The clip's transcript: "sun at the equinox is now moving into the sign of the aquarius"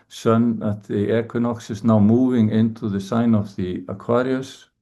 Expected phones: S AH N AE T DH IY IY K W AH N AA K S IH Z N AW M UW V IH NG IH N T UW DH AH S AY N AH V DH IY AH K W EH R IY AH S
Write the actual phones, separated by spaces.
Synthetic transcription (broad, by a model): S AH N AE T DH IY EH K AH N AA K S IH S N AW M UW V IH NG IH N T UW DH AH S AY N AH V DH IY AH K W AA R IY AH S